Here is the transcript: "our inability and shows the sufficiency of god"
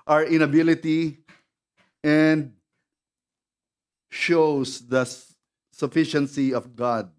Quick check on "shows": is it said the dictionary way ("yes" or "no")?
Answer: no